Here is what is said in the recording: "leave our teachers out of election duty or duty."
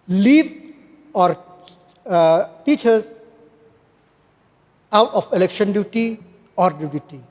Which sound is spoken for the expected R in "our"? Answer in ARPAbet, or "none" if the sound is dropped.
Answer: R